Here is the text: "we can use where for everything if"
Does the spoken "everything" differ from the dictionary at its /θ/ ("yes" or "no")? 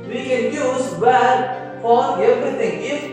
yes